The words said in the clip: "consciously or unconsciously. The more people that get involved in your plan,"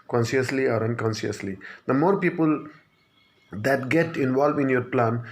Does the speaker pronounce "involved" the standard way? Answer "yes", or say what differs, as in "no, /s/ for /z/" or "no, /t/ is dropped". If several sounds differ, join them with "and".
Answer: no, /d/ is dropped